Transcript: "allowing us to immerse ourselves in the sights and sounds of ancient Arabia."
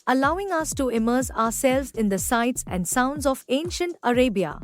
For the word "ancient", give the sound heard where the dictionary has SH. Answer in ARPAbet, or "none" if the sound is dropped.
SH